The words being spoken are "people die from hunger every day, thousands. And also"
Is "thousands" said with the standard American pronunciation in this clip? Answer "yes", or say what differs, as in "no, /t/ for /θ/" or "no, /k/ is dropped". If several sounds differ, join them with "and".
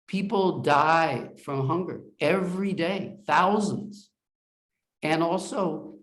yes